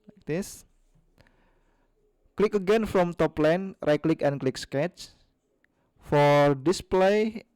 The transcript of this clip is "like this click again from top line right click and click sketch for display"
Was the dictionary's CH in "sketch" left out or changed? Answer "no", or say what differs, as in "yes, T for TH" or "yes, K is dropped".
no